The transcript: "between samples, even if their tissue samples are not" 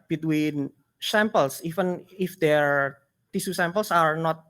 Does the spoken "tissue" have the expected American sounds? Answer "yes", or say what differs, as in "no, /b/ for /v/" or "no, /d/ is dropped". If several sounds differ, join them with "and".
no, /s/ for /ʃ/